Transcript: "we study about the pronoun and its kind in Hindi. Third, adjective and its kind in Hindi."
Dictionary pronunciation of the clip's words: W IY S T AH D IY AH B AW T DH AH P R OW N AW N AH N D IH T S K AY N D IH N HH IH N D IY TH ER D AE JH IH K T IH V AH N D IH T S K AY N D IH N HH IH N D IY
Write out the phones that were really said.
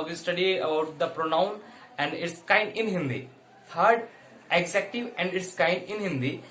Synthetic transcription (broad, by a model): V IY S T AH D IY AH B AW T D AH P R OW N AW N AH N D IH T S K AY N D IH N HH IH N D IY T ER D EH Z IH K T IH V AH N D IH T S K AY N D IH N HH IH N D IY